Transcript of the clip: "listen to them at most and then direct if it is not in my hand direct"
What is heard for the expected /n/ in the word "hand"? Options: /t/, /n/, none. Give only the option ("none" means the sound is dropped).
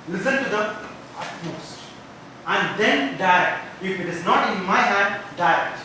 none